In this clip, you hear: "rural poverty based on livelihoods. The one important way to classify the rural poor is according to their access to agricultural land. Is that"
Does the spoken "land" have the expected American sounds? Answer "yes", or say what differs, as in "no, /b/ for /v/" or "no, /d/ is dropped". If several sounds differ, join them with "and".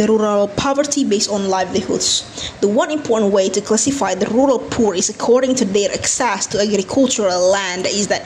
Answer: yes